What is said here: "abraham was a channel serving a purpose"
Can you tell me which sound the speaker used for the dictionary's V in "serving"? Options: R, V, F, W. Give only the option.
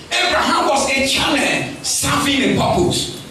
F